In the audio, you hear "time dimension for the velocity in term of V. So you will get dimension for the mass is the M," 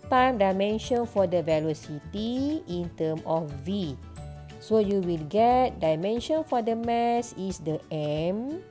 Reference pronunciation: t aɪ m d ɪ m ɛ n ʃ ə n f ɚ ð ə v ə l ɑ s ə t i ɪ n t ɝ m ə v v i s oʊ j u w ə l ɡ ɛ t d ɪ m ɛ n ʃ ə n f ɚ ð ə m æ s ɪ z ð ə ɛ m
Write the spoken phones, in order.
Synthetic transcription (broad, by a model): t aɪ m d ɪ m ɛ n ʃ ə n f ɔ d ə v ə l ɑ s ə t i ɪ n t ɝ m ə f v i s oʊ j u w ə l ɡ ɛ t d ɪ m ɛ n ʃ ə n f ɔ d ə m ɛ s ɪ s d ə ɛ m